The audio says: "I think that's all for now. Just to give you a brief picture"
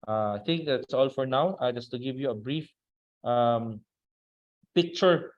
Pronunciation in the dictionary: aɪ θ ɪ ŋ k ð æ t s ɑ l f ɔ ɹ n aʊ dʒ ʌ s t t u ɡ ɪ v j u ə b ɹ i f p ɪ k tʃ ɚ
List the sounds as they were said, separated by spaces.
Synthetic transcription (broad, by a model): aɪ t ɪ ŋ k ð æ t s ɑ l f ɔ ɹ n aʊ dʒ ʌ s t t u ɡ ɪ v j u ə b ɹ i f p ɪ k tʃ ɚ